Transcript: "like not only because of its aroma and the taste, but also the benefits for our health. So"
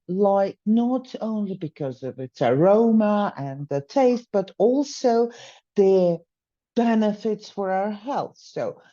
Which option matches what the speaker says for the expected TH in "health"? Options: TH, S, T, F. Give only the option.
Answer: TH